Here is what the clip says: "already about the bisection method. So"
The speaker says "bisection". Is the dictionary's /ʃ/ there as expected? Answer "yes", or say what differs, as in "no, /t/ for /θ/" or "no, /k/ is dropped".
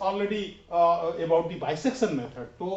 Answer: no, /s/ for /ʃ/